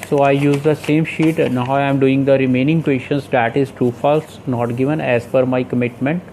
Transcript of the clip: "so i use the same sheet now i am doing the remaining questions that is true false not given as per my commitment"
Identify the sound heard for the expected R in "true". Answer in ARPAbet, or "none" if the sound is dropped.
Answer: none